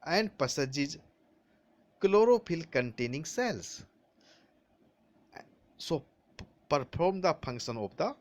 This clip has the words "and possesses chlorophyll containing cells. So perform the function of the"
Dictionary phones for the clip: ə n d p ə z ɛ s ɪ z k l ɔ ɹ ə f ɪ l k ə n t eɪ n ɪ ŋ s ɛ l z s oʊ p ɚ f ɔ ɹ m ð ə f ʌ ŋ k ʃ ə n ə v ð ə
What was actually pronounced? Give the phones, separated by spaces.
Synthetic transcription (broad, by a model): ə n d p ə s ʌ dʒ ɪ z k l ɔ ɹ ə p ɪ l k ə n t eɪ n ɪ ŋ s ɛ l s s oʊ p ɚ p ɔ ɹ m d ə p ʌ ŋ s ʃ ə n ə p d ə